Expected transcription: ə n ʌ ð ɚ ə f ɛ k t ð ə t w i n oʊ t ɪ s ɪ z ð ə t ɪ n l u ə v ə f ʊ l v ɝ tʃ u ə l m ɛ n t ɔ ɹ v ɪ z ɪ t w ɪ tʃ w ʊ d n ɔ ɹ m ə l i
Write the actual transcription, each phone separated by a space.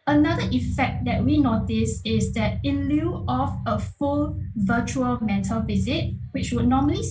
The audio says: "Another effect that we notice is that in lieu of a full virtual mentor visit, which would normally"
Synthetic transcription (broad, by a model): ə n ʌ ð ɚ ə f ɛ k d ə t w i n oʊ t ɪ s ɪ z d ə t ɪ l u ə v ə f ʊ l v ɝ tʃ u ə l m ɛ t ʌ l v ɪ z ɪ t w ɪ tʃ w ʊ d n ɔ m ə l i